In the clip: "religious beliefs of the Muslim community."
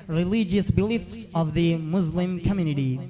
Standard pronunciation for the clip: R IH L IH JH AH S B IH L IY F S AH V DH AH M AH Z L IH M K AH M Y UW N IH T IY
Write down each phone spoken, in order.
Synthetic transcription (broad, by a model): R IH L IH JH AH S B IH L IY F S AH V DH AH M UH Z L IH M K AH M Y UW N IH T IY